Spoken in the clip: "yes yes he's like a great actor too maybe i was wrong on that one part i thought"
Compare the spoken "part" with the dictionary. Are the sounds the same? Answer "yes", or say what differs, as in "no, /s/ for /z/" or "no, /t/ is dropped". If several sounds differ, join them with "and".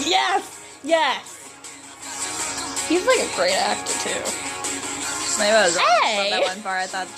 no, /t/ is dropped